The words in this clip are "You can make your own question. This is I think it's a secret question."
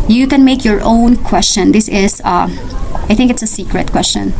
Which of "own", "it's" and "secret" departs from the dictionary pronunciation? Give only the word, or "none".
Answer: none